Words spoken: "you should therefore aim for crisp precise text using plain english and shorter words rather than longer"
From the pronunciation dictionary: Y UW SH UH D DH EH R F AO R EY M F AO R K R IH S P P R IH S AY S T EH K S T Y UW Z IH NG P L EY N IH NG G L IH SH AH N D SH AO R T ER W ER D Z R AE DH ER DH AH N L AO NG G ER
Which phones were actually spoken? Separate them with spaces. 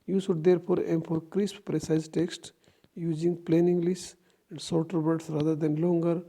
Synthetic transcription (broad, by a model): Y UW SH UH D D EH R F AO R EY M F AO R K R IH S P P R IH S AY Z T EH K S T Y UW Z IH NG P L EY N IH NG G L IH S AH N D S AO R T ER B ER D S R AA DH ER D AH N L AO NG G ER